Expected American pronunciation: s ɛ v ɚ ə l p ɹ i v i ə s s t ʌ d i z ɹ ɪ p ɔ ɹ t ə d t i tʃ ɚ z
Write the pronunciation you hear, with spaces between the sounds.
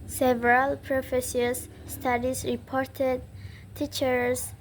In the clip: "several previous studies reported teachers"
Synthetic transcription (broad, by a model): s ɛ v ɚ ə l p ɹ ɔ f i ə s s t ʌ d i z ɹ ɪ p ɔ ɹ t ə d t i tʃ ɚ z